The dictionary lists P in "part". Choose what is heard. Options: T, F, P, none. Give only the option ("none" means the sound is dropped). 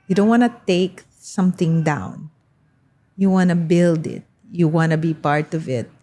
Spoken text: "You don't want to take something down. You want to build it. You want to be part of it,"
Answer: P